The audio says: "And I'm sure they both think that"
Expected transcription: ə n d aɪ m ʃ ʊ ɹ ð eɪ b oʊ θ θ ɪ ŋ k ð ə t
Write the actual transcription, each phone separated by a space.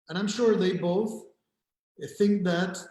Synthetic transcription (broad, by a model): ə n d aɪ m ʃ ʊ ɹ ð eɪ b oʊ θ θ ɪ ŋ k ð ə t